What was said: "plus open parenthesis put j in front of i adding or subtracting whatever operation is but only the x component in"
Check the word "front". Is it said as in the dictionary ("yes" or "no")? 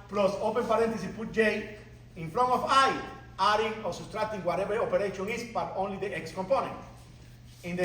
no